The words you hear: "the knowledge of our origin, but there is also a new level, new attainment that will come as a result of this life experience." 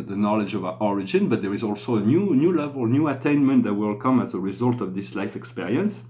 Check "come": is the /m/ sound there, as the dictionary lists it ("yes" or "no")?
yes